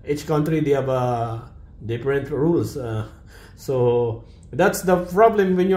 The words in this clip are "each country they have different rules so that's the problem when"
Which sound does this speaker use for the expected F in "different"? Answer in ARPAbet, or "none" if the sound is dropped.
P